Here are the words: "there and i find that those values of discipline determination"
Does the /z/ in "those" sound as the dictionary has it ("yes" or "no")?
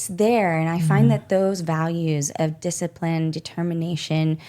yes